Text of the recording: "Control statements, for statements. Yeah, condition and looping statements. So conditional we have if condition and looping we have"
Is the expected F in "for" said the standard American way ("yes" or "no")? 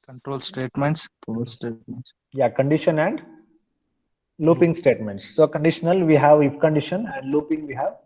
no